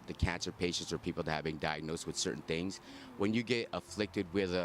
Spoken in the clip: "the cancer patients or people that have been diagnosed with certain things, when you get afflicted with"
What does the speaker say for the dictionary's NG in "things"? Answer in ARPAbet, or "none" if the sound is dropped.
NG